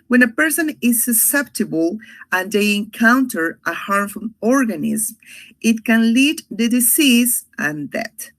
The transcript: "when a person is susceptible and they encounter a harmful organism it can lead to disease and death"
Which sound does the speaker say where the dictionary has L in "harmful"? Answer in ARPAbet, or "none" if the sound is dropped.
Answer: N